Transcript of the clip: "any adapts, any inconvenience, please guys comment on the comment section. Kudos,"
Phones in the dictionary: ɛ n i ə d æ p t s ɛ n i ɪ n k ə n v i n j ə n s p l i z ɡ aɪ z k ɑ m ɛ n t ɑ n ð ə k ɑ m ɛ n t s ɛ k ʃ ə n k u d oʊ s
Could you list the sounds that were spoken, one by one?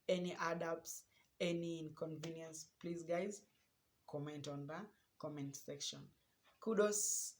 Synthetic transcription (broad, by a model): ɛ n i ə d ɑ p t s ɛ n i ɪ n k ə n v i n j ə n s p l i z ɡ aɪ z k ɑ m ɛ n t ɑ n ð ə k ɑ m ɛ n t s ɛ k ʃ ə n k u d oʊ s